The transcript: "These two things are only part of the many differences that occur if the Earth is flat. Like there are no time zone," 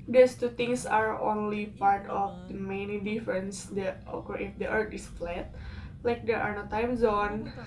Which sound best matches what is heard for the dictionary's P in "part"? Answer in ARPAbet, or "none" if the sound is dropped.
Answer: P